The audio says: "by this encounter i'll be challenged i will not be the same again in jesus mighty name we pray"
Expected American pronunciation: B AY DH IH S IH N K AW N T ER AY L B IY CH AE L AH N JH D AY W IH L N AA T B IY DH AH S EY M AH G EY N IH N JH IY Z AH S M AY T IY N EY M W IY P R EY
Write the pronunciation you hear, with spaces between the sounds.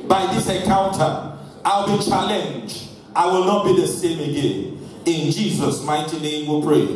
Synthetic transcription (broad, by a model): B AY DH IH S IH K AW N T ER AY L B IY CH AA L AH N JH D AY W IH L N AA T B IY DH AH S EY M AH G EY N IH N JH IY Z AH S M AY T IY N EY M W IY P R EY